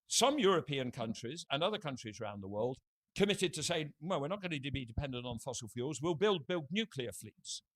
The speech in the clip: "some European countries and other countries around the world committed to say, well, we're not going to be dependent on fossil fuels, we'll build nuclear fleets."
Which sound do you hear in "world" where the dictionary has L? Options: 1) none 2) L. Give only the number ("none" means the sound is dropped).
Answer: 2